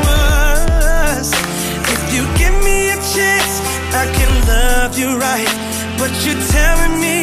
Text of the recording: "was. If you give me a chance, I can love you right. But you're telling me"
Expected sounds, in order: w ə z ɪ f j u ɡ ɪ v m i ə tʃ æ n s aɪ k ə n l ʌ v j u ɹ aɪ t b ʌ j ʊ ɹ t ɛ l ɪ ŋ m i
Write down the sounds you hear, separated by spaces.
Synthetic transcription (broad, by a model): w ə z ɪ f j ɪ ɡ ɪ v m i ə tʃ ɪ s aɪ k ə n l ʌ v j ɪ ɹ aɪ t b ʌ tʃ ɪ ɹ t ɛ l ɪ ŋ m i